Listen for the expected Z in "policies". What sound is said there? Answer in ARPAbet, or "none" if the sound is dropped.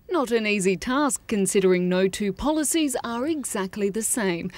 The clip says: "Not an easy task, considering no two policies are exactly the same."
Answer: Z